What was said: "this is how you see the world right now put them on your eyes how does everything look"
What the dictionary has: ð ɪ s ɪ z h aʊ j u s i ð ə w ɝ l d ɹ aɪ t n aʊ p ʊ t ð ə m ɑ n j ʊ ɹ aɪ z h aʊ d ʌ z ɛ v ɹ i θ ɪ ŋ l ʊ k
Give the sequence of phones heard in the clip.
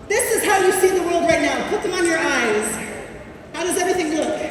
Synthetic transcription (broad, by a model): ð ɪ s ɪ z h aʊ j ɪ s i ð ə w ɝ l d ɹ aɪ t n aʊ p ʊ t ð ə m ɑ n j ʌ ɹ aɪ z h aʊ d ʌ z ɛ v ɹ i θ ɪ ŋ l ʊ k